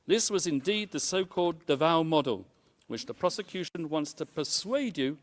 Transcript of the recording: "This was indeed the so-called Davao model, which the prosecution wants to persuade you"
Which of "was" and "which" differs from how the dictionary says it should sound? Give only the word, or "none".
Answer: none